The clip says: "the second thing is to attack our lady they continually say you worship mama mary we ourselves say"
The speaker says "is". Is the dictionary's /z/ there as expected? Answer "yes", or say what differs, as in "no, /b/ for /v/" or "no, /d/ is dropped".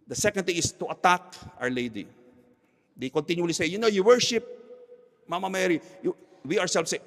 no, /s/ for /z/